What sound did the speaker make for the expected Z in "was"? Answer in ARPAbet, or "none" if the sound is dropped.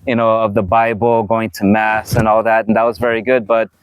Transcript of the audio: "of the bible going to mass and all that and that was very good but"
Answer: Z